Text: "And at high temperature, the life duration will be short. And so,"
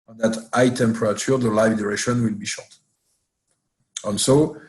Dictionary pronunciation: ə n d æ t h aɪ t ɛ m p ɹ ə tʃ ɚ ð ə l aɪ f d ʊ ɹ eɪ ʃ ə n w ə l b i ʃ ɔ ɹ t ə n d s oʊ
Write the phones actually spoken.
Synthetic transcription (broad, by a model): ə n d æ t aɪ t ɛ m p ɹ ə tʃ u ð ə l aɪ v d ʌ ɹ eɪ ʃ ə n w ə l b i ʃ ɔ ɹ t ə n s oʊ